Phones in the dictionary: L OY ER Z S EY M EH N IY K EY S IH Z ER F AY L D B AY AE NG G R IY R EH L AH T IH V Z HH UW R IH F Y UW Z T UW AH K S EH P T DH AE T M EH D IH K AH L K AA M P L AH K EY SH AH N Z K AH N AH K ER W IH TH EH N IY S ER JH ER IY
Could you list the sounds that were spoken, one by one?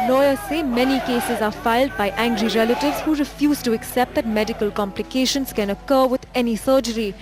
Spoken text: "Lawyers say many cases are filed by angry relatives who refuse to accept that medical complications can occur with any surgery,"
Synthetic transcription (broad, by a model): L OY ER S EY M EH N IY K EY S IH Z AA F AY L D B AY AE NG G R IY R EH L AH T IH V Z HH UW R IH F Y UW Z T UW AH K S EH P T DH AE T M EH D IH K AH L K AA M P L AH K EY SH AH N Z K AH N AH K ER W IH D EH N IY S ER JH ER IY